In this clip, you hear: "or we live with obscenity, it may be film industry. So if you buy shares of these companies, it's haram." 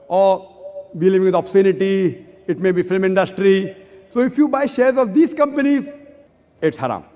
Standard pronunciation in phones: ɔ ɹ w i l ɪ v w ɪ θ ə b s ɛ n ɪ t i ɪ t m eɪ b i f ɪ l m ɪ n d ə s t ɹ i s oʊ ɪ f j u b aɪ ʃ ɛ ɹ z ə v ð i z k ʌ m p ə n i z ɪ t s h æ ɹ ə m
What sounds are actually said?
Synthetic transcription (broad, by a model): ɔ ɹ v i l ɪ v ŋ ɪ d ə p s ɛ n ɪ t i ɪ t m eɪ b i f ɪ l m ɪ n d ə s t ɹ i s oʊ ɪ f j u b aɪ ʃ ɛ ɹ z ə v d i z k ʌ m p ə n i z ɪ t s h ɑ ɹ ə m